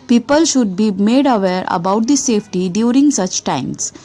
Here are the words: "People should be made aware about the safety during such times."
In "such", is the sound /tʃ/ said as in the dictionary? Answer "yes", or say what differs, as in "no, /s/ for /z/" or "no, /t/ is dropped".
yes